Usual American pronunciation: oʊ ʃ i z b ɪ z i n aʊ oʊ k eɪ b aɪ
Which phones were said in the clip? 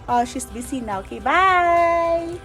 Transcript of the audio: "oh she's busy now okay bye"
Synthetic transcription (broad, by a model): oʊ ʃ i s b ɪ s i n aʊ oʊ k eɪ b aɪ